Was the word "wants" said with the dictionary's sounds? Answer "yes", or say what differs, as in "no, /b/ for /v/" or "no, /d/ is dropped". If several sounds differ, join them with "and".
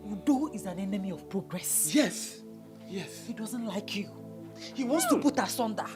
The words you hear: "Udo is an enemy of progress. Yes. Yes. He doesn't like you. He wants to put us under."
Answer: yes